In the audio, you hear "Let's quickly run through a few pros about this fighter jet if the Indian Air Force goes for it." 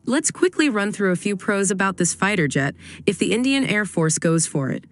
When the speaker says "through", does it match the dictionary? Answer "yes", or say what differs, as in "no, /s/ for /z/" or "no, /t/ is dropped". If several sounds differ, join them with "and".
yes